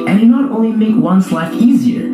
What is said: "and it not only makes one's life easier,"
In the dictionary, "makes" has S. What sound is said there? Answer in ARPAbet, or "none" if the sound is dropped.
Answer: none